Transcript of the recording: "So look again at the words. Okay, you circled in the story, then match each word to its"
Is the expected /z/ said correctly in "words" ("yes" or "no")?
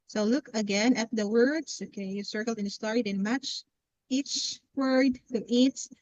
no